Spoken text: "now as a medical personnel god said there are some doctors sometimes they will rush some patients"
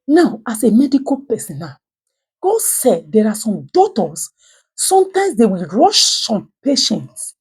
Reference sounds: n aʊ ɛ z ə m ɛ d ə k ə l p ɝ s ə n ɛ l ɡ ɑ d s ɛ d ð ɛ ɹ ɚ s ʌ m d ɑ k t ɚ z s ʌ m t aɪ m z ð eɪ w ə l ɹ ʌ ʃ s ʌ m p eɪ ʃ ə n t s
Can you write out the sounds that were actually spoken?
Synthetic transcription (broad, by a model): n aʊ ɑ s ə m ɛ d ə k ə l p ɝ s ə n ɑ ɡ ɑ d s ɛ d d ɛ ɹ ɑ s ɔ m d ɑ t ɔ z s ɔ m t aɪ m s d eɪ w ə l ɹ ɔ ʃ s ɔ m p eɪ ʃ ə n t s